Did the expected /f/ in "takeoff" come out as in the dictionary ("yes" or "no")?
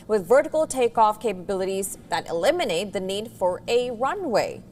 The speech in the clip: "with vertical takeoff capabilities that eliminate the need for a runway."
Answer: yes